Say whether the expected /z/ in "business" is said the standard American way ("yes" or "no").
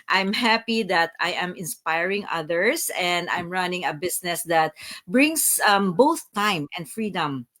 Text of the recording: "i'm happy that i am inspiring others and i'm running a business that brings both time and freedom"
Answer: no